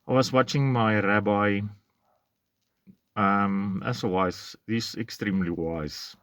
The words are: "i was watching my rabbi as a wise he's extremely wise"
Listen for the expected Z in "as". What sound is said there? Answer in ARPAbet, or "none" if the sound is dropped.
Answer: S